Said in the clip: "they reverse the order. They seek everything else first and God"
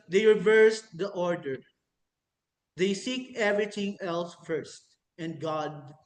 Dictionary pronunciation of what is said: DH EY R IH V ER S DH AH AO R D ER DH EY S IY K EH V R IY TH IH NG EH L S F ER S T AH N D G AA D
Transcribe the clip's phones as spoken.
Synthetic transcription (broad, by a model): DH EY R IH V ER S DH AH AO R D ER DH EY S IY K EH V R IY T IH NG EH L S F ER S T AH N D G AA D